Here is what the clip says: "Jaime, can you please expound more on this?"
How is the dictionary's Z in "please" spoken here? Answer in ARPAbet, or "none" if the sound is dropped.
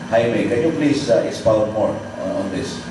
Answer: S